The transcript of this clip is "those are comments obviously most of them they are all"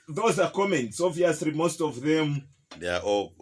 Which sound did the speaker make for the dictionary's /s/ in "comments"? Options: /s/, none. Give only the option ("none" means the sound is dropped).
/s/